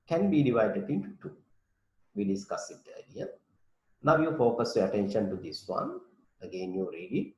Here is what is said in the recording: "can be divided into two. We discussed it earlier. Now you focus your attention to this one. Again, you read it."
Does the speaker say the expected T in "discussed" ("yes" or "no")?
no